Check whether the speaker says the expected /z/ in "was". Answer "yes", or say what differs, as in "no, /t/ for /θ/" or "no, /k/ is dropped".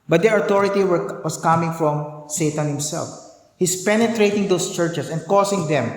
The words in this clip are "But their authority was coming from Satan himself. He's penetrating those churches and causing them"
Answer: no, /s/ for /z/